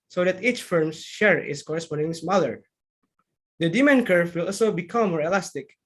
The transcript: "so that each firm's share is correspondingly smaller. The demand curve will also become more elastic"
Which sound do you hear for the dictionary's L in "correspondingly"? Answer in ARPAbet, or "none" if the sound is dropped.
none